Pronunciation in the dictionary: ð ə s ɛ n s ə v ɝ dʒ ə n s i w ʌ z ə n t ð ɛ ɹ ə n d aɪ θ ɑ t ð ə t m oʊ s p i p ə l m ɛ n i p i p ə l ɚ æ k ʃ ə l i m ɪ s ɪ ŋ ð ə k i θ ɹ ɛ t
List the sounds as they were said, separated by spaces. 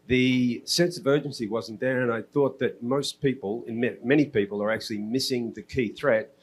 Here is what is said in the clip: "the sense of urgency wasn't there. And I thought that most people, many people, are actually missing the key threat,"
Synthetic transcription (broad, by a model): ð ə s ɛ n s ə v ɝ dʒ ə n s i w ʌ z n ð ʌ ɹ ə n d aɪ θ ɑ t ð ə t m oʊ s p i p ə l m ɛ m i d i p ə l ɚ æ k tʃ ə l i m ɪ s ɪ ŋ ð ə k i θ ɹ ɛ t